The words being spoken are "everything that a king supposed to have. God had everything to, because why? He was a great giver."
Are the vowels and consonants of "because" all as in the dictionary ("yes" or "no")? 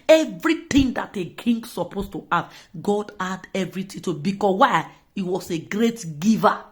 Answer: no